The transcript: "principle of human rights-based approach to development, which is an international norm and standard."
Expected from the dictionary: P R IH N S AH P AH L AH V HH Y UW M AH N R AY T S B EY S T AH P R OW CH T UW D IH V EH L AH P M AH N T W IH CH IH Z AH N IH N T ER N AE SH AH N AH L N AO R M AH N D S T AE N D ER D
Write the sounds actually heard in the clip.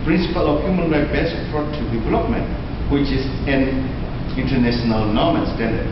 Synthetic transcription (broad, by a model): P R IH N S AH P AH L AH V HH Y UW M AH N R AY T B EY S AH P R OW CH T UW D IH V EH L AH P M AH N T W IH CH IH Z AH N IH N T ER N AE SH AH N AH L N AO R M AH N S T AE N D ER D